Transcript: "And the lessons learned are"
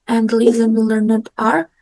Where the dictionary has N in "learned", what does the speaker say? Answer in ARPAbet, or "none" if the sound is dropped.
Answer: N